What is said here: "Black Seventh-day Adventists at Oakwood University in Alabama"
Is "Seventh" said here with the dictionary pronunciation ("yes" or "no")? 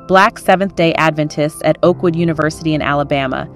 yes